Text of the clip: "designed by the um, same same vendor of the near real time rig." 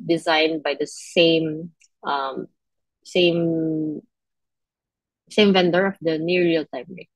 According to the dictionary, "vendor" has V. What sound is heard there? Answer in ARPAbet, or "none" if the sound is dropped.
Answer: V